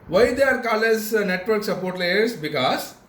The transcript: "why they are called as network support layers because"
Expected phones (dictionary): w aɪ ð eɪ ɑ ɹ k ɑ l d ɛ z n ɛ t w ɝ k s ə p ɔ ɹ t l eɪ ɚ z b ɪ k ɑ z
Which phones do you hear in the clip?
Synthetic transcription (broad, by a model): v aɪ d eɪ ɑ ɹ k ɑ l ɛ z n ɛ t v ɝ k s ə p ɔ ɹ t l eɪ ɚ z b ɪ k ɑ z